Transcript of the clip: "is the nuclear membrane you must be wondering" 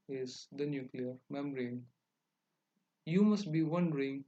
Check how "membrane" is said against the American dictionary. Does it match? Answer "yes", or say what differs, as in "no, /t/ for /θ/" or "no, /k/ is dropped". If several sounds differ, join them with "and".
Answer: no, /b/ is dropped